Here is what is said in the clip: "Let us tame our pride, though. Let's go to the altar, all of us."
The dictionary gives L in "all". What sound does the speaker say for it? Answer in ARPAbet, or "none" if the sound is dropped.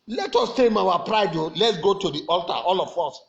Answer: L